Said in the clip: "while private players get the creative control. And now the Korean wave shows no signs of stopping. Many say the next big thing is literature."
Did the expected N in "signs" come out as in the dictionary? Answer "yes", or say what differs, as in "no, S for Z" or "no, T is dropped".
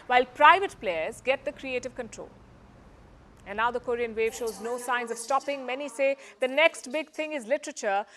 yes